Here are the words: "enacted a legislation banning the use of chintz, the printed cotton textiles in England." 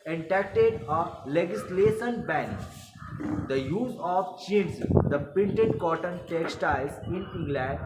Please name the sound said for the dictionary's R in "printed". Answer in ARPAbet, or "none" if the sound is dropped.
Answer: none